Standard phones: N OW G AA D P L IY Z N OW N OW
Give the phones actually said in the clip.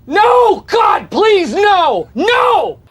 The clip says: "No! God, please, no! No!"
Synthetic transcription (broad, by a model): N OW G AA D P L IY Z N OW N OW